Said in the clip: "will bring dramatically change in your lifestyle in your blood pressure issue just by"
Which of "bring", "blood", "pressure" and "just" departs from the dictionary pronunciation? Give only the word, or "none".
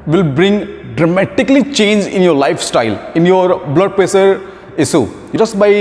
pressure